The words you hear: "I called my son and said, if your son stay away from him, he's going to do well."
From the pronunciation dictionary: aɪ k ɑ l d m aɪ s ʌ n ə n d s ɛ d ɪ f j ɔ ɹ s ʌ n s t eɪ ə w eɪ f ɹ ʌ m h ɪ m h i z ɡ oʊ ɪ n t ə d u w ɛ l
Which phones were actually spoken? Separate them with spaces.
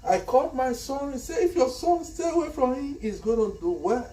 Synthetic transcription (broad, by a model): aɪ k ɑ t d m aɪ s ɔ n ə n s ɛ ɪ f j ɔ s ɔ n s t eɪ ə w eɪ f ɹ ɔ m h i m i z ɡ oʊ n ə d u w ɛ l